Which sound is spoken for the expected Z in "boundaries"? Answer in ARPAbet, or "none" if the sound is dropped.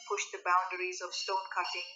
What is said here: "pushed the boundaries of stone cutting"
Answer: Z